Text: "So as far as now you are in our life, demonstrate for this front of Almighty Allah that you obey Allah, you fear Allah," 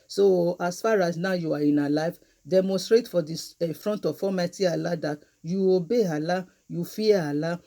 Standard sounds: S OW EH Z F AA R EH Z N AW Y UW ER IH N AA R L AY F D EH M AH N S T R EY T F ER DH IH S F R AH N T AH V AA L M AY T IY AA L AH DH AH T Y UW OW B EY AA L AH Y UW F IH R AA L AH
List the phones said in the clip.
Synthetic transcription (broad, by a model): S OW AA S F AA R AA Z N AW Y UW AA IH N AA L AY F D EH M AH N S T R EY T F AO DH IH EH F R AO N T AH F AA M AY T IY AA L AH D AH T Y UW OW B EY AA L AH Y UW F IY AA AA L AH